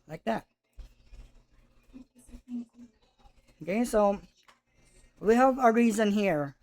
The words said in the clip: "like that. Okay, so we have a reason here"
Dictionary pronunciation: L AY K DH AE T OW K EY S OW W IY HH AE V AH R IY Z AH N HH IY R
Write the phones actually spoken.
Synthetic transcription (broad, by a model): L AY K DH AE T OW K EY S OW W IY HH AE V AH R IY Z AH N HH IY R